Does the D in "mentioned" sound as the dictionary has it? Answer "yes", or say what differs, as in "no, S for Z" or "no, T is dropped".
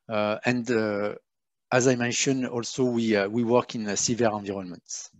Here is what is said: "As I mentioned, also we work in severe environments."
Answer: no, D is dropped